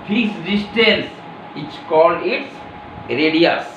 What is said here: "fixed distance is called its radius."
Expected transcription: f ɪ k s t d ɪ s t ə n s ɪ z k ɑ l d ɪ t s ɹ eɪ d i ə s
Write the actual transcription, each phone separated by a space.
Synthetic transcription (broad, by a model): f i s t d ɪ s t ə l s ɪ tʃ k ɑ l ɪ t s ɹ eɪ d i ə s